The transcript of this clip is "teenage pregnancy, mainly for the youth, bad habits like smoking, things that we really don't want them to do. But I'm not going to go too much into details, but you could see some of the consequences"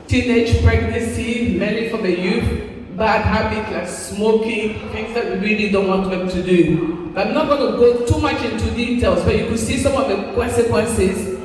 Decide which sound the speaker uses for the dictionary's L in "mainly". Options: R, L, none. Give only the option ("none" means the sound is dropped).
none